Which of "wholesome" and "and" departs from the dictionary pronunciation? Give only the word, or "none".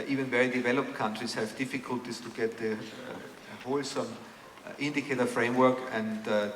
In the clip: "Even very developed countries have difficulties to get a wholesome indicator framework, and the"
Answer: none